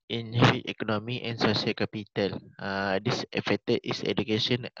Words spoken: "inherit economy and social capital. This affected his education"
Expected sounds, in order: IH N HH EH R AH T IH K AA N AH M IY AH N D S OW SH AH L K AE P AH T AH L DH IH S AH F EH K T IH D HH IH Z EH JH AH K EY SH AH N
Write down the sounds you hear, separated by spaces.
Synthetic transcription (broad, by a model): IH N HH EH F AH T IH K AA N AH M IY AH N S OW S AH L K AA P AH T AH L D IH S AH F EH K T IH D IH S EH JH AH K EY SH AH N